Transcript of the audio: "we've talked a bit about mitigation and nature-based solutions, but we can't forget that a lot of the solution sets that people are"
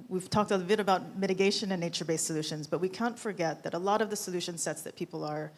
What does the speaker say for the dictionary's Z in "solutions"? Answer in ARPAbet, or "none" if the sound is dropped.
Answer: Z